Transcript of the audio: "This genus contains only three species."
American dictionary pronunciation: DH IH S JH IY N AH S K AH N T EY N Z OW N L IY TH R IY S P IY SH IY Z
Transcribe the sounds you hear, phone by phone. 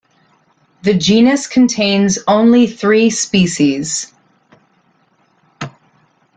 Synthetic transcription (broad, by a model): DH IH JH IY N AH S K N T EY N Z OW N L IY TH R IY S P IY SH IY Z